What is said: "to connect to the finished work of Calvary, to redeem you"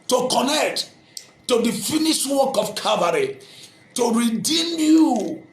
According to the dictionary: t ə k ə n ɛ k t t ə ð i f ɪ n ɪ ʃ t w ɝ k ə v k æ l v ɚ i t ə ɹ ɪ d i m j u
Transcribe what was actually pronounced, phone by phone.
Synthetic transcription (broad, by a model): t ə k ə n ɛ k t t ə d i f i n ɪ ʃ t w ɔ k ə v k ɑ v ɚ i t ə ɹ ɪ d i m j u